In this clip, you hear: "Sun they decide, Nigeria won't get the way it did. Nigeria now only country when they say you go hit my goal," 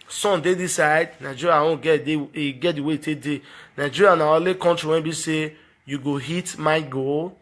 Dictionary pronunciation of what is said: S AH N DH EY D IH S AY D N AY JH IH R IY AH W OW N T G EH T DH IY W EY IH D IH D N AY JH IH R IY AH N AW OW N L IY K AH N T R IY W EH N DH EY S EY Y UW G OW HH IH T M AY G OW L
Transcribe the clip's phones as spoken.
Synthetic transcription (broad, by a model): S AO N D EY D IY S AY D N AY JH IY R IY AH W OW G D G EH T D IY W EY IH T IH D N AY JH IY R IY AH N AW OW L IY K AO N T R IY W EH N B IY S EY Y UW G OW HH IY T M AY G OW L